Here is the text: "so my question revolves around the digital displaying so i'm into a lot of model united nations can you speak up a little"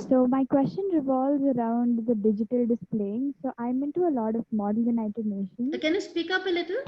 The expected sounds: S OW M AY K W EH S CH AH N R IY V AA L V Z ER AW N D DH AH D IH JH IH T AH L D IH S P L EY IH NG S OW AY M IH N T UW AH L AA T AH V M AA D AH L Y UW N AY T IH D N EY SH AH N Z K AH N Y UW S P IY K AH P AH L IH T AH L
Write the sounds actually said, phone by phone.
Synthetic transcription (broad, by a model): S OW M AY K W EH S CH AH N R IY V AA L V Z ER AW N D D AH D IH JH IH T AH L D IH S P L EY IH NG S OW AY M IH N T UW AH L AA T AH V M AA D AH L Y UW N AY T IH D N EY SH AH N K AH N Y UW S P IY K AH P AH L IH T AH L